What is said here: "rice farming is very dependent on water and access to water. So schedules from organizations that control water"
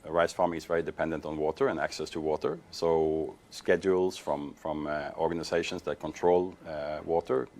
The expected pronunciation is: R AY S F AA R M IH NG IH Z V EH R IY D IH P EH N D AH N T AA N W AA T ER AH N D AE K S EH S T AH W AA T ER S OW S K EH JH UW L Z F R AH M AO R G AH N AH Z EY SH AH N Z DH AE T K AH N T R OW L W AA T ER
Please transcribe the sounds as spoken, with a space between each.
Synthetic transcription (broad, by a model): R AY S F AA R M IH NG IH Z V EH R IY D IH P EH N D AH N T N W AA T ER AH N AE K S EH S T AH W AA T ER S OW S K EH JH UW L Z F R AH M AO R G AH N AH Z EY SH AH N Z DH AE T K AH N T R OW L W AA T ER